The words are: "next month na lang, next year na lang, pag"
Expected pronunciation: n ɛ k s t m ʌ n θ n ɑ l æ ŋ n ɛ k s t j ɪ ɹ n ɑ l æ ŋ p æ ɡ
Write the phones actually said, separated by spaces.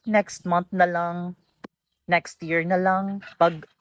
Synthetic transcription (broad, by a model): n ɛ k s t m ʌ n t n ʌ l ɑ ŋ n ɛ k s t j ɪ ɹ n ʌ l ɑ ŋ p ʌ ɡ